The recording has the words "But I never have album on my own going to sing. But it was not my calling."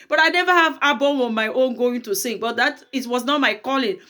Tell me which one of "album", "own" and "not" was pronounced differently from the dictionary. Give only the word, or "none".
album